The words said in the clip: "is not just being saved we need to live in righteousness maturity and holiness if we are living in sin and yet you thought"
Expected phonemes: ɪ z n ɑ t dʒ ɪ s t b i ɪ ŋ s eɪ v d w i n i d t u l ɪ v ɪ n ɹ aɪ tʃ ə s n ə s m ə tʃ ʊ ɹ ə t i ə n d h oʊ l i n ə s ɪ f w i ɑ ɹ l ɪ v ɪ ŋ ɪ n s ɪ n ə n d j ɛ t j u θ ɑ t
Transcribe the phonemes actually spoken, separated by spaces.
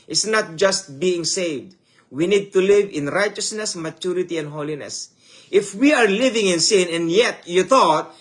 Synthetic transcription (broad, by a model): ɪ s n ɑ t dʒ ɪ s t b i ɪ ŋ s eɪ v d w i n i d t u l ɪ v ɪ n ɹ aɪ tʃ ə s n ə s m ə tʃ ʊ ɹ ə t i ə n d h oʊ l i n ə s ɪ f w i ɑ ɹ l ɪ v ɪ ŋ ɪ n s ɪ n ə n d j ɛ t j u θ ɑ t